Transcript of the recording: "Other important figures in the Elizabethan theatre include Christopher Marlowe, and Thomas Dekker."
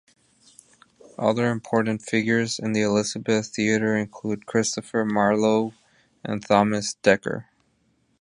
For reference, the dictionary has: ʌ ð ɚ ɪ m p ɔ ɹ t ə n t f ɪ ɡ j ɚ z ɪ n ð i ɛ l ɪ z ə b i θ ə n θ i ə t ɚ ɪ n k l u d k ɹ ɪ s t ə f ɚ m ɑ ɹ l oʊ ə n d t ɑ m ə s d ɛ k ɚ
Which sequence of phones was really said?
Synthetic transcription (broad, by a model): ʌ ð ɚ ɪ m p ɔ ɹ t n t f ɪ ɡ j ɚ z ɪ n ð i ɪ l ɪ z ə b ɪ θ θ i ə t ɚ ɪ n k l u d k ɹ ɪ s t ə f ɚ m ɑ ɹ l oʊ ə n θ ɑ m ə s d ɛ k ɚ